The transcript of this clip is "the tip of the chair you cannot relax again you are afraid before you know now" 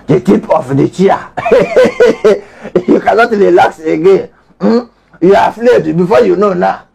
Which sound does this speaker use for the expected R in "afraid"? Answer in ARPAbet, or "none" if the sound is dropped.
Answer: L